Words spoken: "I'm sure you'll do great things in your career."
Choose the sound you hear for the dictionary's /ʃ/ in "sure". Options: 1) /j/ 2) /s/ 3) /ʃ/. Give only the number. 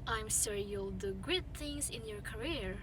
2